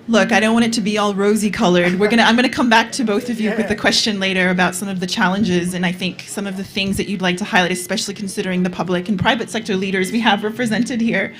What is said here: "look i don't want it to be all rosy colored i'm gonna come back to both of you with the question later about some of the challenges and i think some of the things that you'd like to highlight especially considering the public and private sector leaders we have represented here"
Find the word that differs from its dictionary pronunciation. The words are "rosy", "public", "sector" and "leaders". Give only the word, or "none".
none